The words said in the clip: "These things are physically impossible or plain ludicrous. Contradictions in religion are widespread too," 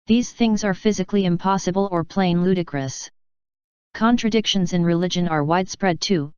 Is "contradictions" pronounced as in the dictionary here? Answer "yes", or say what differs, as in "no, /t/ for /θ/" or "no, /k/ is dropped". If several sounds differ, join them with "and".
yes